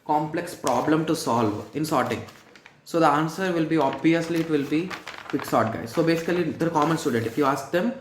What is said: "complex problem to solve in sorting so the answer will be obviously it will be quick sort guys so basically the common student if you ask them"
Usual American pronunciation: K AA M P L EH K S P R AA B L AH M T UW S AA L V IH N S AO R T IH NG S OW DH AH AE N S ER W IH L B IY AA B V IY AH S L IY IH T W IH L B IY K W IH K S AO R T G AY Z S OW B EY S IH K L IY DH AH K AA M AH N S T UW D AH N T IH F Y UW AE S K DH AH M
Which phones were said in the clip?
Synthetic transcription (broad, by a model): K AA M P L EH K S P R AA B L AH M T UW S AA L V IH N S AO R T IH NG S OW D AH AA N S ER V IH L B IY AA B V IY AH S L IY IH T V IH L B IY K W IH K S AO R T G AY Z S OW B EY S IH K L IY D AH K AA M AH N S T UW D AH N T IH F Y UW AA S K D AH M